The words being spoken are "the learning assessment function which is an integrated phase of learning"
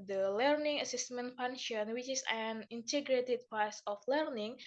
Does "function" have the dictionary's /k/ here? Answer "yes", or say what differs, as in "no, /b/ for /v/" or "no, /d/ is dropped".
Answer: no, /k/ is dropped